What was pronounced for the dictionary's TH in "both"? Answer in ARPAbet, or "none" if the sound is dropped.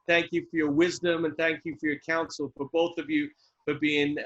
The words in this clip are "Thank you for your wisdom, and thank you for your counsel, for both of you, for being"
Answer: TH